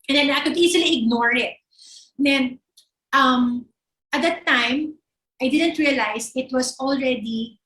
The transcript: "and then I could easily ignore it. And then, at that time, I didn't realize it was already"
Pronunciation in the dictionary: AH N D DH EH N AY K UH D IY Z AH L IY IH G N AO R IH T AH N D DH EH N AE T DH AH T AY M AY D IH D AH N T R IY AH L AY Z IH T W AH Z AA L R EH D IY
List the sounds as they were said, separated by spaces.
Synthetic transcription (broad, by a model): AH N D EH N AY K UH D IY S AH L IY IH G N AO R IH T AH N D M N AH T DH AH T AY M AY D IH D AH N T R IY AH L AY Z IH T W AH S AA L R EH D IY